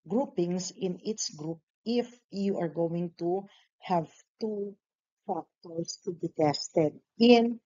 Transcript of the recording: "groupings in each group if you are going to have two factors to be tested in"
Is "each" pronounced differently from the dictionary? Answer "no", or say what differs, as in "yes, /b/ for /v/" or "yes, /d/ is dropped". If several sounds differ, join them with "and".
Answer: yes, /s/ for /tʃ/